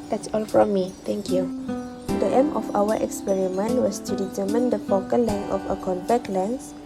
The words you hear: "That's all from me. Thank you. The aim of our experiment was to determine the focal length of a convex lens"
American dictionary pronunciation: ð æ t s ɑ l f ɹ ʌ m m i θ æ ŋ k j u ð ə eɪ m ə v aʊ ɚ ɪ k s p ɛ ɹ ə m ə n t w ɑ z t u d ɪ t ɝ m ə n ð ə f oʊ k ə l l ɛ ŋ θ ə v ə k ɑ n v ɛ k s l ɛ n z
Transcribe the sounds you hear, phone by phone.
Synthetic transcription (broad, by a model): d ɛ t s ɑ l f ɹ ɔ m m i t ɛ ŋ k j u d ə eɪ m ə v aʊ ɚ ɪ k s p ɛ ɹ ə m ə n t w ɑ s t u d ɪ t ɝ m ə n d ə f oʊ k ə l l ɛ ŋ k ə f ə k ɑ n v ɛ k l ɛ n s